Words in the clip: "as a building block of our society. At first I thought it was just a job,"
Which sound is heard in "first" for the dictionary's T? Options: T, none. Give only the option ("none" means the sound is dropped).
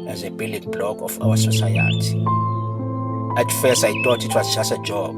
none